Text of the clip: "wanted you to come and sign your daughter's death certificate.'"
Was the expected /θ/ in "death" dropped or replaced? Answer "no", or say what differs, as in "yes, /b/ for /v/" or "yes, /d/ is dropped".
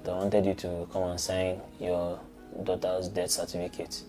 yes, /t/ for /θ/